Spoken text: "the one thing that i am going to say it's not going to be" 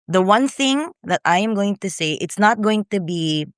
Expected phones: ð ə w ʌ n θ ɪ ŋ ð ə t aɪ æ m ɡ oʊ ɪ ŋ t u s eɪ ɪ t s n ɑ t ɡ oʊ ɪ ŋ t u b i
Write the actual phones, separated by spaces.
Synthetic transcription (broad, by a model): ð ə w ʌ n θ ɪ ŋ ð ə t aɪ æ m ɡ oʊ ɪ ŋ t u s eɪ ɪ t s n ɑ t ɡ oʊ ɪ ŋ t u b i